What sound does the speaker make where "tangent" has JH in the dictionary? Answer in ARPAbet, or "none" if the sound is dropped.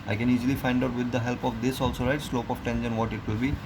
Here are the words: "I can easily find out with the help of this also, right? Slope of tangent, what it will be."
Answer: SH